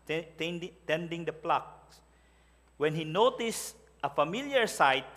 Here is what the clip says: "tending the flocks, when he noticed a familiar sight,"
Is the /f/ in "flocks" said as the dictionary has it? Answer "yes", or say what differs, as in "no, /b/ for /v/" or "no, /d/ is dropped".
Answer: no, /p/ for /f/